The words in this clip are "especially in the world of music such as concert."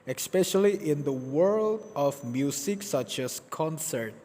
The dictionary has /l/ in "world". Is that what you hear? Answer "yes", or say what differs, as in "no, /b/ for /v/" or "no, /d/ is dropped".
yes